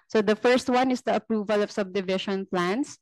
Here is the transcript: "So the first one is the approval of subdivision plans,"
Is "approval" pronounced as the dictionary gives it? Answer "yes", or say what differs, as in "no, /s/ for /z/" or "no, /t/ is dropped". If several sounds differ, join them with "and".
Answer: yes